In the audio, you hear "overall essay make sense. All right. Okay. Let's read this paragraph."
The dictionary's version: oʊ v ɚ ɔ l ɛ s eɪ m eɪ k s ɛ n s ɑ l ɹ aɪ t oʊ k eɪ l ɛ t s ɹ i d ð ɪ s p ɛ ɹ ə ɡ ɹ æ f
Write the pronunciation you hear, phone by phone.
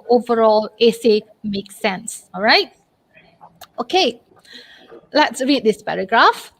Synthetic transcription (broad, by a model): oʊ v ɚ ɔ l ɛ s eɪ m eɪ k s ɛ n s ɑ l ɹ aɪ t oʊ k eɪ l ɛ t s ɹ i d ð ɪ s p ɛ ɹ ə ɡ ɹ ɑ f